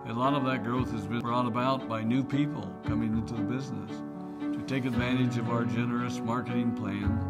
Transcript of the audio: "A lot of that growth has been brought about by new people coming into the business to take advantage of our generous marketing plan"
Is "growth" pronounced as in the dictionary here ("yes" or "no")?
yes